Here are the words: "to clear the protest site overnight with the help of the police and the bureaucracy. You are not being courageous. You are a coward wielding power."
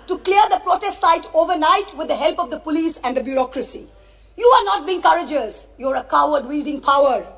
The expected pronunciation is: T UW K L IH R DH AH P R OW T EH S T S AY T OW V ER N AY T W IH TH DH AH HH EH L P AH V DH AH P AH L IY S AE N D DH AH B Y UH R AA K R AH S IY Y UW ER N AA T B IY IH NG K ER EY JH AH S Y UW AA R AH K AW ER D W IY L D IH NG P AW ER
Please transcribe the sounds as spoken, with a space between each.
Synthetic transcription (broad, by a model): T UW K L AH R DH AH P R OW T EH S T S AY T OW V ER N AY T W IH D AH HH EH L P AH V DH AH P AH L IY S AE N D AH B Y UH R AA K R AH S IY Y UW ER N AA T B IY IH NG K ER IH JH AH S Y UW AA R AH K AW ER D W IY L D IH NG P AW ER